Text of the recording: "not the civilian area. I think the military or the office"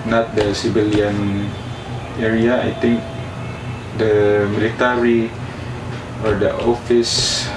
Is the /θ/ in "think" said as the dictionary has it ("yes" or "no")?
no